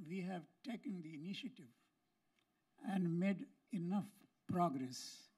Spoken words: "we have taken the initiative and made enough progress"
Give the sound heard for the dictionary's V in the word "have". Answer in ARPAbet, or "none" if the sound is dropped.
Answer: V